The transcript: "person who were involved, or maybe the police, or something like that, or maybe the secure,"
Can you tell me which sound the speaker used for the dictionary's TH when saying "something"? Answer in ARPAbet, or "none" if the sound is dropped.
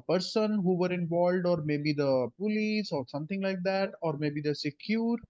T